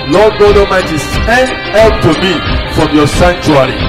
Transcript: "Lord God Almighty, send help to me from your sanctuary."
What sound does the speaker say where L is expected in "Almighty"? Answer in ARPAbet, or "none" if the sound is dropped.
none